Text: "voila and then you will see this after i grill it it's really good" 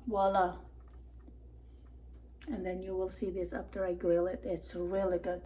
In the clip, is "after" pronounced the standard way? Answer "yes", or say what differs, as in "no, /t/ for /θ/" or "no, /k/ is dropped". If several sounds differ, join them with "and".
no, /p/ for /f/